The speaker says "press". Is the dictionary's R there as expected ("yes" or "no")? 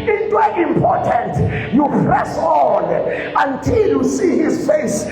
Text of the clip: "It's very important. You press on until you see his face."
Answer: yes